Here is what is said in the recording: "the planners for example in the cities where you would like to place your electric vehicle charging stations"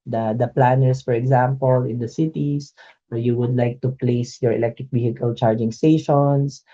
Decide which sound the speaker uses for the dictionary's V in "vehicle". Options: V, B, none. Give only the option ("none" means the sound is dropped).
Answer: B